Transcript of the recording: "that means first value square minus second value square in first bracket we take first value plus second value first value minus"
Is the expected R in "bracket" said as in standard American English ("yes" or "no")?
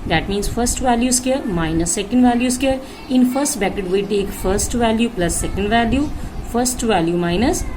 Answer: no